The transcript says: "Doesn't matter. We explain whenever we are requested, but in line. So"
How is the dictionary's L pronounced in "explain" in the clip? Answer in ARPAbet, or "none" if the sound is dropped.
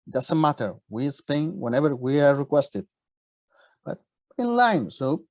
none